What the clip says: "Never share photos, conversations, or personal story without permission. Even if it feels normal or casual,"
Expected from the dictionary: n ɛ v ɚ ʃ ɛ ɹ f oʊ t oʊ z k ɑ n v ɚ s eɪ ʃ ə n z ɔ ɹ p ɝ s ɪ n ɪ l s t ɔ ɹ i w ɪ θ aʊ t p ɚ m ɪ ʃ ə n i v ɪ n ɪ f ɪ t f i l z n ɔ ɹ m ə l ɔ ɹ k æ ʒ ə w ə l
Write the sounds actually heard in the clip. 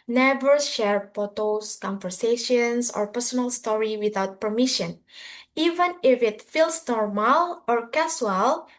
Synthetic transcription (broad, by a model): n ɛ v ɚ ʃ ɛ ɹ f oʊ t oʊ s k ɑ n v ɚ s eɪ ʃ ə n s ɔ ɹ p ɝ s ɪ n ɪ l s t ɔ ɹ i w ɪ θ aʊ t p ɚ m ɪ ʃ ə n i v ɪ n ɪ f ɪ t f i l s n ɔ ɹ m ə l ɔ ɹ k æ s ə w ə l